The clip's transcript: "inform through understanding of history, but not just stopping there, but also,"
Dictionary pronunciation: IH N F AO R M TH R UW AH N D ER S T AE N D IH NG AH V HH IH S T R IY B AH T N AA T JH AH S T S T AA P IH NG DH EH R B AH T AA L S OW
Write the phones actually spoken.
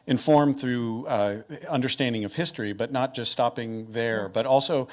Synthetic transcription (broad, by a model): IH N F AO R M TH R UW AH N D ER S T AE N D IH NG AH V HH IH S T R IY B AH T N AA T JH AH S T S T AA P IH NG DH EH R B AH T AA L S OW